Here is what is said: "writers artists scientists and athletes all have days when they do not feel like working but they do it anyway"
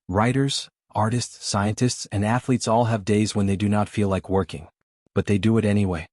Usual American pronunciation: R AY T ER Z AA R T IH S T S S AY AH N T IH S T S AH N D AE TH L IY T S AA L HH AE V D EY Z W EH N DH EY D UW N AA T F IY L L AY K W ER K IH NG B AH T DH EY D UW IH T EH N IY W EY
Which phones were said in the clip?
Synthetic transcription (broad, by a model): R AY T ER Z AA R T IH S T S S AY AH N T IH S T S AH N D AE TH L IY T S AA L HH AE V D EY Z W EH N DH EY D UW N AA T F IY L L AY K W ER K IH NG B AH T DH EY D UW IH T EH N IY W EY